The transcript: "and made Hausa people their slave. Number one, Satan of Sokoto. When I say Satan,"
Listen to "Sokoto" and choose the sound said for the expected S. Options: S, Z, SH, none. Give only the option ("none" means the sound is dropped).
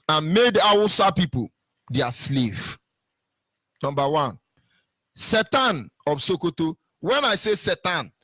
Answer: S